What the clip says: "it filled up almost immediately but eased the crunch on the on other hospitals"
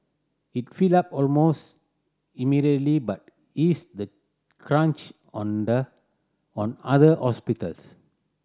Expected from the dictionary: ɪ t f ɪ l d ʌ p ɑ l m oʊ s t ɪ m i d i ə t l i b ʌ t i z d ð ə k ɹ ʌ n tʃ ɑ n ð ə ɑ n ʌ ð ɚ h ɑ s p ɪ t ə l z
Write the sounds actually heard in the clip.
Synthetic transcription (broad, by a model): ɪ t f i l ɑ p ɑ l m oʊ s t ɪ m i d i ə t l i b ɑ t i s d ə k ɹ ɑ n tʃ ɑ n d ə ɑ n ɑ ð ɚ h ɑ s p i t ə l s